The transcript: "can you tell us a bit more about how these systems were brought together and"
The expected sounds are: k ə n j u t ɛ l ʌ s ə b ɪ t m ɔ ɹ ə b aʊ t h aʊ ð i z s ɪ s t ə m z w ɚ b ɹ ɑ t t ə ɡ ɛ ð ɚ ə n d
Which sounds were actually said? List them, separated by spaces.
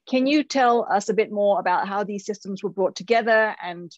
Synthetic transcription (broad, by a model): k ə n j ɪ t ɛ l ʌ s ə b ɪ t m ɔ ɹ ə b aʊ t h aʊ ð i z s ɪ s t ə m z w ɚ b ɹ ɑ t t ə ɡ ɛ ð ɚ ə n